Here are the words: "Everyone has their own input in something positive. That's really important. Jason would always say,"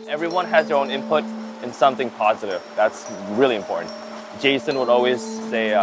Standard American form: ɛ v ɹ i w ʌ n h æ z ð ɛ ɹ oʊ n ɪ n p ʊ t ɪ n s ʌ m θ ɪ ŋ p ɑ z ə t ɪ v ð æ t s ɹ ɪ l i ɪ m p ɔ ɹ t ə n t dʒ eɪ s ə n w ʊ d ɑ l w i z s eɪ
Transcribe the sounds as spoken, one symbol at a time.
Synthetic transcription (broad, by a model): ɛ v ɹ i w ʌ n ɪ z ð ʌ ɹ oʊ n ɪ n p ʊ t ɪ n s ʌ m θ ɪ ŋ p ɑ z ə t ɪ v ð æ t s ɹ ɪ l i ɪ m p ɔ ɹ t n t dʒ eɪ s ə n w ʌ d ɑ l w i z s eɪ